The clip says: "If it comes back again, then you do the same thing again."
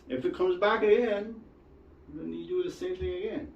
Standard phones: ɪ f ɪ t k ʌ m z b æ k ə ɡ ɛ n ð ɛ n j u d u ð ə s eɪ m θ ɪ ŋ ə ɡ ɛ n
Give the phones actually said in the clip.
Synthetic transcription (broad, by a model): ɪ f ɪ t k ʌ m z b æ k ə ɡ ɛ n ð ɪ n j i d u ð ə s eɪ m θ ɪ ŋ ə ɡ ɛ n